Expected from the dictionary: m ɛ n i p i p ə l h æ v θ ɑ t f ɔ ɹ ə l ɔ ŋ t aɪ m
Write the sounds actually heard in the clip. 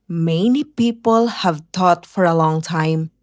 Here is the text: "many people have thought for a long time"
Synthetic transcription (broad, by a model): m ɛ n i p i p ə l h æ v t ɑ t f ɔ ɹ ə l ɔ ŋ t aɪ m